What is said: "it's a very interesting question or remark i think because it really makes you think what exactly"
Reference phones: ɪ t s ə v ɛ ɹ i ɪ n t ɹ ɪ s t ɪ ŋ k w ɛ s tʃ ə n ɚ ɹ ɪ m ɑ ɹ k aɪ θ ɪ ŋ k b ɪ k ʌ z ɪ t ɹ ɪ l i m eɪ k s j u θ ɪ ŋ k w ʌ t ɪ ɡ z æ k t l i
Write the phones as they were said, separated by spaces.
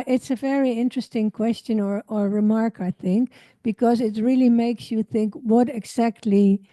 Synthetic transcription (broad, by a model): ɪ t s ə v ɛ ɹ i ɪ n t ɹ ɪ s t ɪ ŋ k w ɛ s tʃ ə n ɚ ɹ ɪ m ɑ ɹ k aɪ θ ɪ ŋ k b ɪ k ʌ z ɪ t ɹ ɪ l i m eɪ k s j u θ ɪ ŋ k w ʌ t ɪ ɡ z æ k t l i